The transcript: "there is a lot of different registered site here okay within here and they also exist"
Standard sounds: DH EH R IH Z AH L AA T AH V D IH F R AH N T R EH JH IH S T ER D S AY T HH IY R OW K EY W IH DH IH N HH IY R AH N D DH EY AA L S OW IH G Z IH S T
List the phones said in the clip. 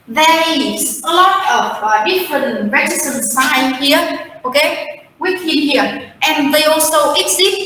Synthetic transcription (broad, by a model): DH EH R IH Z AH L AA T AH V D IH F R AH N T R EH Z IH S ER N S AY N HH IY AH OW K EY W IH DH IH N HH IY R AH N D DH EY AA L S OW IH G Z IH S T